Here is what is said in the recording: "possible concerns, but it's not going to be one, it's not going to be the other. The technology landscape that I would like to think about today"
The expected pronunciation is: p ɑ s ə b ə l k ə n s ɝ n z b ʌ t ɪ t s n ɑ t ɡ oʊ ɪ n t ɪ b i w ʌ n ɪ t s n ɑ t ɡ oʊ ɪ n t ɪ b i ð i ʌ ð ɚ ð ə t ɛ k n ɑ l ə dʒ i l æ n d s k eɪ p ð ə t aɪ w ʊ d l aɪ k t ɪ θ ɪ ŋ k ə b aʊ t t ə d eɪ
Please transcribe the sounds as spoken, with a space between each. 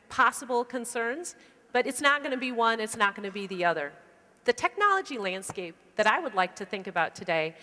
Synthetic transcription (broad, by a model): p ɑ s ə b l k ə n s ɝ n z b ʌ t ɪ t s n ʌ t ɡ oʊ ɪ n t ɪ b i w ʌ n ɪ t s n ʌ t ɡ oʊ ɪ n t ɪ b i ð i ʌ ð ɚ ð ə t ɛ k n ɑ l ə dʒ i l æ n d s k eɪ p ð ə t aɪ w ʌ d l aɪ k t ɪ θ ɪ ŋ k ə b aʊ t t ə d eɪ